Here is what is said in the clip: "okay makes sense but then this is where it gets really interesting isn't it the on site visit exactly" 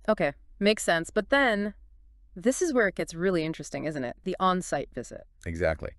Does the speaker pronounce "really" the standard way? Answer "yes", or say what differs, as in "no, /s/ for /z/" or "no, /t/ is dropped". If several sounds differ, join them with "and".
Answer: yes